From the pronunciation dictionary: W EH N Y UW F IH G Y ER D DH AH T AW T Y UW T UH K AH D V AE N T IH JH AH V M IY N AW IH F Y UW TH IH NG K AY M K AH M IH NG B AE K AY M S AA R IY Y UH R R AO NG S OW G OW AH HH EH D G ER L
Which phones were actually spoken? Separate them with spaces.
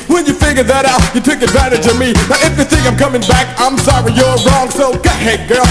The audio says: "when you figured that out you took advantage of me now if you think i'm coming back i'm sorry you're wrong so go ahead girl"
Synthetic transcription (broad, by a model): W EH N Y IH F IH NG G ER DH AH T AW T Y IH T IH K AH D V AE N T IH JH AH V M IY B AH IH F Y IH TH IH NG AY M K AH M IH NG B AE K AY M S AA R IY Y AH R R AO NG S OW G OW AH HH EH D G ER